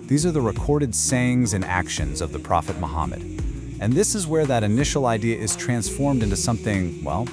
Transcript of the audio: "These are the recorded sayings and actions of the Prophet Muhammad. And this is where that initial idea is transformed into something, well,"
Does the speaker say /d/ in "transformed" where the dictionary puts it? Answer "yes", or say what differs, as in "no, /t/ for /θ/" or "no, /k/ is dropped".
yes